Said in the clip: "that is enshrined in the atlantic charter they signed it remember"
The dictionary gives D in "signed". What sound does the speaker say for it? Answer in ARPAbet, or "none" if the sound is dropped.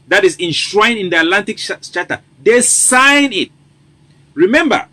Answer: none